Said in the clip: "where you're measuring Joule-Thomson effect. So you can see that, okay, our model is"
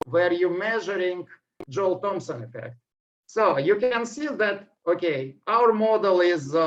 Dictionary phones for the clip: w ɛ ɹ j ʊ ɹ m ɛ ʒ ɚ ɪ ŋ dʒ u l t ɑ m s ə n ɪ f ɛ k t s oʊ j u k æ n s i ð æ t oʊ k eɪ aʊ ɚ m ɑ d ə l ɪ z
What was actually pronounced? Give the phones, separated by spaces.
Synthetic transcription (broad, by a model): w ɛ ɹ j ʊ m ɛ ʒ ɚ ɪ ŋ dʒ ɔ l t ɑ m s ə n ɪ f ɛ k t s oʊ j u k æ n s i ð æ t oʊ k eɪ aʊ ɚ m ɑ d ə l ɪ z